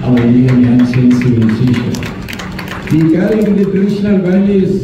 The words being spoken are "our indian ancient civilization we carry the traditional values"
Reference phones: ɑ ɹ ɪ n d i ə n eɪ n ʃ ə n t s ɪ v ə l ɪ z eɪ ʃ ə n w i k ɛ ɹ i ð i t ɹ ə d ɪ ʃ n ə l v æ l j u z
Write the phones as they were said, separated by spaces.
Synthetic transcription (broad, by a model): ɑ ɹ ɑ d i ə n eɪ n s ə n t s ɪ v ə l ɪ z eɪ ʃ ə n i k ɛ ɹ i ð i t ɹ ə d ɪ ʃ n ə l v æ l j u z